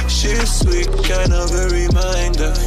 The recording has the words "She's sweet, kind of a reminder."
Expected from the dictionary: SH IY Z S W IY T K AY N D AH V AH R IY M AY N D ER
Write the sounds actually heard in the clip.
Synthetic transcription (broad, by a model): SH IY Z S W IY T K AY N AH V AH R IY M AY N D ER